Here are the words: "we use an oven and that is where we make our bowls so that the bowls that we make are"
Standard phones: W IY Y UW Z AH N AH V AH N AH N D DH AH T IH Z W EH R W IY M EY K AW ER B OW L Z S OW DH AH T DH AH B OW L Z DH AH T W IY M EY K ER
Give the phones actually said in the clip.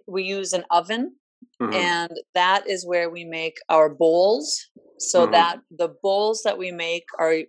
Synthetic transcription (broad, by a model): W IY Y UW Z AH N AH V AH N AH N DH AH T IH Z W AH R W IY M EY K AW ER B OW L Z S OW DH AH T DH AH B OW L Z DH AH T W IY M EY K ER